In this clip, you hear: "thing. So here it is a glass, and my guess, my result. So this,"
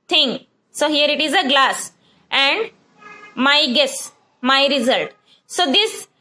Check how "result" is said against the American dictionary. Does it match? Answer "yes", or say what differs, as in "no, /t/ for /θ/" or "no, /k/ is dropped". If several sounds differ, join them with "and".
yes